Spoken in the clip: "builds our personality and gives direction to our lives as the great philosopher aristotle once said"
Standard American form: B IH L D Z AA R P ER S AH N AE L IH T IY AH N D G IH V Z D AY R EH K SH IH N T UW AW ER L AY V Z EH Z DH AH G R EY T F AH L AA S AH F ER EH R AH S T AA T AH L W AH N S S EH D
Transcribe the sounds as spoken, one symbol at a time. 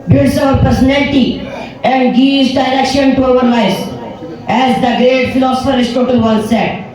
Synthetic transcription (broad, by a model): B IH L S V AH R P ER S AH N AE L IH T IY AH N D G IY Z D AY R EH K SH IH N T UW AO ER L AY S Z EH Z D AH G R EY T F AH L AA S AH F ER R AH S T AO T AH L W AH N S S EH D